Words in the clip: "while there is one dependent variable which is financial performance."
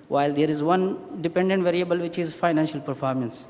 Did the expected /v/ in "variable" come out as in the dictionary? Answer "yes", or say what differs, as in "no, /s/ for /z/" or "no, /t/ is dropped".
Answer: yes